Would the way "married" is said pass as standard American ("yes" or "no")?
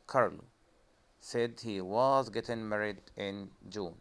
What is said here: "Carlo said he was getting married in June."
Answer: yes